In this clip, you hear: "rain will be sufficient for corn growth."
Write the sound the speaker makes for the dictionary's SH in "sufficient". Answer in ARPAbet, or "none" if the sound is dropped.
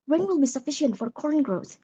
SH